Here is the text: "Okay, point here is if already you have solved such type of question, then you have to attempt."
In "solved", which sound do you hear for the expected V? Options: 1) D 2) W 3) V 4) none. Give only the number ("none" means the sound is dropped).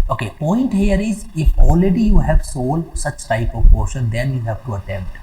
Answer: 4